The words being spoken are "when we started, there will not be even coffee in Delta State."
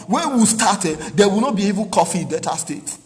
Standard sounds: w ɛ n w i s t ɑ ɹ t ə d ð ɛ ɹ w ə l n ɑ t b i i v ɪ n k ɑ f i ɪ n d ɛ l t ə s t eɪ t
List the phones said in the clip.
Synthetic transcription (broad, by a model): w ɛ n w i s t ɑ t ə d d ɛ w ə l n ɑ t b i i v ɪ n k ɑ f i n d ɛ t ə s t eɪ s